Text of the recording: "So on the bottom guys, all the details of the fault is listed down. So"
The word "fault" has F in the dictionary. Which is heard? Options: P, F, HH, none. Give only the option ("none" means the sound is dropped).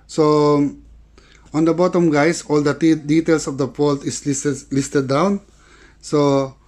P